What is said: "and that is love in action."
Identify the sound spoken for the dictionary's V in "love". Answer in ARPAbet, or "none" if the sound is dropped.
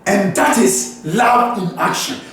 none